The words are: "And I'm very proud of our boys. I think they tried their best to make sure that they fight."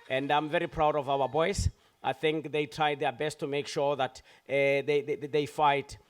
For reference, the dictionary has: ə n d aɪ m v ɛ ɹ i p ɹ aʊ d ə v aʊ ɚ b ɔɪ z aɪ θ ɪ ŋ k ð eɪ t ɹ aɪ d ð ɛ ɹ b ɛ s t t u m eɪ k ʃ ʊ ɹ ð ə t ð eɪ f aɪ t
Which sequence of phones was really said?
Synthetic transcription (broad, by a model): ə n d aɪ m v ɛ ɹ i p ɹ aʊ d ə v aʊ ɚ b ɔɪ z aɪ θ ɪ ŋ k ð eɪ t ɹ aɪ d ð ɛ b ɛ s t t u m eɪ k ʃ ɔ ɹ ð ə t ð eɪ f aɪ t